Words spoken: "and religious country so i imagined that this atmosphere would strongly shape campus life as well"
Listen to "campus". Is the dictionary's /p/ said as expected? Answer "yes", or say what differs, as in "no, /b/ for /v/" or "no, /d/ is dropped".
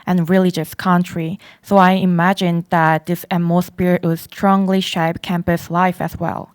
yes